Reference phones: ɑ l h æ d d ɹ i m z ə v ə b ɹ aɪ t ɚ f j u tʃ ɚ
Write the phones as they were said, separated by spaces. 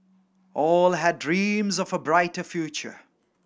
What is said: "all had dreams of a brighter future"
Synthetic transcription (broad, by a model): ɑ l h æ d d ɹ i m z ə v ə b ɹ aɪ t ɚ f j u tʃ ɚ